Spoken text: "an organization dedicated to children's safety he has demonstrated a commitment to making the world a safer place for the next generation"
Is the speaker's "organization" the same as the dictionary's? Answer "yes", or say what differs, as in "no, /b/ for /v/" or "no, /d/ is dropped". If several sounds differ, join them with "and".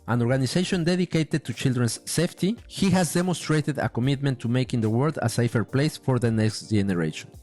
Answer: no, /s/ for /z/